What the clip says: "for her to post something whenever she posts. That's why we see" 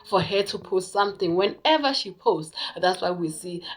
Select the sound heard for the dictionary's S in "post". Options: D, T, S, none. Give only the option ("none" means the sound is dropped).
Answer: none